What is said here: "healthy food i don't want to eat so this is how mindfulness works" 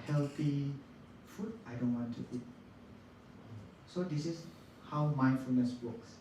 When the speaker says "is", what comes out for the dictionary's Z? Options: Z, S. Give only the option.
S